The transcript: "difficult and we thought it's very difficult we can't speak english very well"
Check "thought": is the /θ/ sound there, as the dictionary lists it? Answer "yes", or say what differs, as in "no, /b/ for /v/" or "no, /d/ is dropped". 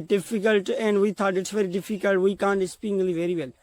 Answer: no, /t/ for /θ/